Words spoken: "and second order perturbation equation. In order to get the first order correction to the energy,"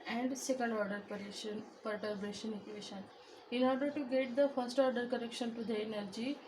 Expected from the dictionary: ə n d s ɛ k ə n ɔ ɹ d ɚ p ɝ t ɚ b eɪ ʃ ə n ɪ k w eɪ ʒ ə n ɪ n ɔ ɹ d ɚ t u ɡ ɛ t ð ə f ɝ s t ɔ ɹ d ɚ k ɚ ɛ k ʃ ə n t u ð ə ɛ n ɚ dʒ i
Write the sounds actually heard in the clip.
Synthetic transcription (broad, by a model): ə n d s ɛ k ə l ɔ ɹ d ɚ p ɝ t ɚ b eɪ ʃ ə n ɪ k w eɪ ʃ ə n ɪ n ɔ ɹ d ɚ t u ɡ ɛ t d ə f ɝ s t ɔ ɹ d ɚ k ɚ ɛ k ʃ ə n t u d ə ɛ n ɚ dʒ i